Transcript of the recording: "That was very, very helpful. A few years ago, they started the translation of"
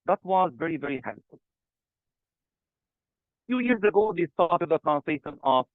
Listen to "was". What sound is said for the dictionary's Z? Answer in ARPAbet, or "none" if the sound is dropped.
Z